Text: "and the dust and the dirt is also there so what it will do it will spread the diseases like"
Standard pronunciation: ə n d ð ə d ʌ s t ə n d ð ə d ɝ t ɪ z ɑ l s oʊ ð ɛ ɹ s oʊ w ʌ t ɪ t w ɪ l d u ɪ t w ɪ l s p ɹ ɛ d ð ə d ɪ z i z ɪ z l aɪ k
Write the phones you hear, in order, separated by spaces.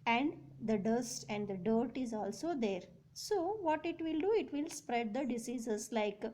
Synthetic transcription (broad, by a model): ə n d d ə d ʌ s t ə n d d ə d ɝ t ɪ z ɑ l s oʊ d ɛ ɹ s oʊ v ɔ t ɪ t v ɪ l d u ɪ t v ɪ l s p ɹ ɛ d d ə d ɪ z i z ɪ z l aɪ k